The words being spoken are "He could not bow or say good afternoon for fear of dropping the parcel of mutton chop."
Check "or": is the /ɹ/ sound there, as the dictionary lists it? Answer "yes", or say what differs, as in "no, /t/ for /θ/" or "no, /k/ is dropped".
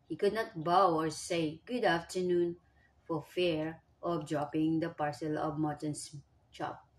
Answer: yes